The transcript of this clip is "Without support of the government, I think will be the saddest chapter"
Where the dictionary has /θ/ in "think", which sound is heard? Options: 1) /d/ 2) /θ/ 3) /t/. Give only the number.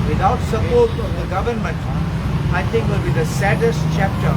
3